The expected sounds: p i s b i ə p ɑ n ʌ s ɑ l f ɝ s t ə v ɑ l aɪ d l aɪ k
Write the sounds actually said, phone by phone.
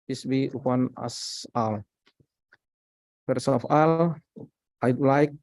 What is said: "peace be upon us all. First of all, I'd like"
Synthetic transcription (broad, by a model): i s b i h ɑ n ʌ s ɑ l p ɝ s ə f ɑ l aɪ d l aɪ k